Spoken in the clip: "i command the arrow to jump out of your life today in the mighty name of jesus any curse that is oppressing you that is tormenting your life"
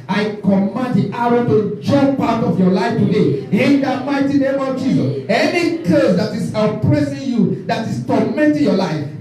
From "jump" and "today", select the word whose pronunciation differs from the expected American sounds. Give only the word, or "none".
jump